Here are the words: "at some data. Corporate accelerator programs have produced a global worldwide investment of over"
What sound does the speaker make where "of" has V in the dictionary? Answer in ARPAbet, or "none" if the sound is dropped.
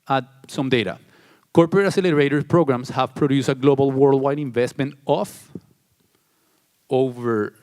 F